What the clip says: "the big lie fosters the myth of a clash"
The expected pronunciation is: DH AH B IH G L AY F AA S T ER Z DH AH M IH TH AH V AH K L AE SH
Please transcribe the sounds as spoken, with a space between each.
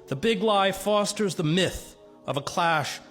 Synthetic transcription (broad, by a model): DH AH B IH G L AY F AA S T ER Z DH AH M IH TH AH V AH K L AE SH